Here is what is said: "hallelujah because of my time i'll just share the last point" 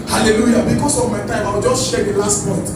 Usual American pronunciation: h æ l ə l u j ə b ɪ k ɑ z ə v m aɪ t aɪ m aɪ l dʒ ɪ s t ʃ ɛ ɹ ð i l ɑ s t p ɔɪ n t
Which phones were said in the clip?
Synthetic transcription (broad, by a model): h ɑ l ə l u j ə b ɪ k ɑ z ə v m aɪ t aɪ m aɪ w dʒ ɪ s t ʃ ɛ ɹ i l ɑ s t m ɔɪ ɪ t